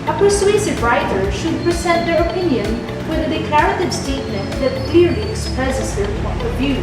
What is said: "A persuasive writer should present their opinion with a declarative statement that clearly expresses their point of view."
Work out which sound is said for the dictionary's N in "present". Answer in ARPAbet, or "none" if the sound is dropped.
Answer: none